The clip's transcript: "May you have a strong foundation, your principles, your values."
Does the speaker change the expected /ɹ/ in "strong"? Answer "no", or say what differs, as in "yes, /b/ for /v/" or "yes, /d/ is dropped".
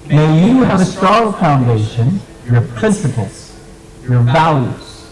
yes, /ɹ/ is dropped